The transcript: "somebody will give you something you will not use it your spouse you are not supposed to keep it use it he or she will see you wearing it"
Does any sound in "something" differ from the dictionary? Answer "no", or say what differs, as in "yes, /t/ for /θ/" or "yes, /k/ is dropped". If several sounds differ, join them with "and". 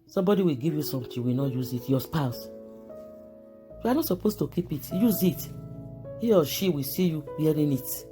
yes, /t/ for /θ/